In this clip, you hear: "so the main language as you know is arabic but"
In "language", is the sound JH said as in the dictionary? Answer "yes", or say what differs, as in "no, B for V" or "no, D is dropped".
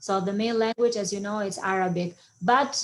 yes